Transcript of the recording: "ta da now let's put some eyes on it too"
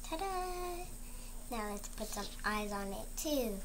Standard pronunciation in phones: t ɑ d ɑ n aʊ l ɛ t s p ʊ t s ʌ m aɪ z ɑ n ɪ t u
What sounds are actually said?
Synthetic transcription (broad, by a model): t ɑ d ɑ n aʊ l ɛ t s p ʊ t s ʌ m aɪ z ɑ n ɪ t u